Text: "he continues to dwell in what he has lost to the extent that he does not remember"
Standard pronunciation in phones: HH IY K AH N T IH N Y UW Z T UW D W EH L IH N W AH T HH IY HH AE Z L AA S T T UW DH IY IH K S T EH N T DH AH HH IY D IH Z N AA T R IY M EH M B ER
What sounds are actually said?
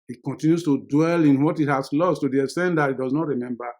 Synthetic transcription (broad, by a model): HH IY K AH N T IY N Y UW S T UW D W EH L IH N W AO T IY HH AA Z L AA S T T UW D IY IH S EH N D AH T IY D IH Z N AA T R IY M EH M B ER